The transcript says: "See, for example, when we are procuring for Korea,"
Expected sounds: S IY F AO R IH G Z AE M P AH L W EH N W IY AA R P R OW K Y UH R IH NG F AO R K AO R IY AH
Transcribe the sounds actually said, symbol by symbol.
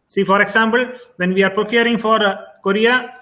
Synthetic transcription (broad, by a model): S IY F AO R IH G S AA M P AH L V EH N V IY AA R P R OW K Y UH R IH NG F AO R K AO R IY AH